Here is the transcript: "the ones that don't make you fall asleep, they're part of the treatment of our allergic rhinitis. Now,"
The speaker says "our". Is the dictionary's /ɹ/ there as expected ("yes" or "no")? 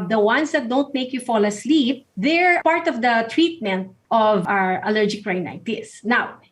yes